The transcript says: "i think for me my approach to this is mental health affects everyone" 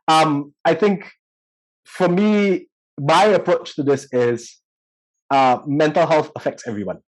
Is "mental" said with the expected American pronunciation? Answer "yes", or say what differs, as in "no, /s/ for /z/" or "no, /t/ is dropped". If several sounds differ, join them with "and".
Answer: yes